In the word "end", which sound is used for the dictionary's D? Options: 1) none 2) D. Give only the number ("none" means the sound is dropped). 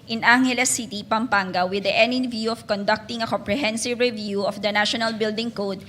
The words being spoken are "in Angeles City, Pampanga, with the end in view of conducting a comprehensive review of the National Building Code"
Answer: 1